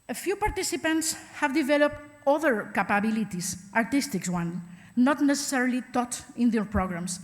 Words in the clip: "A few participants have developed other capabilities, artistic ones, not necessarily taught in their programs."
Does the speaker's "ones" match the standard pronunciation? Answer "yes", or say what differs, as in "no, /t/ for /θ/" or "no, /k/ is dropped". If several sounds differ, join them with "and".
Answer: no, /z/ is dropped